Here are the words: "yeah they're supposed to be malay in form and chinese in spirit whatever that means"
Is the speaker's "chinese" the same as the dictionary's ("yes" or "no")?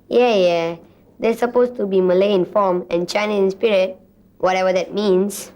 no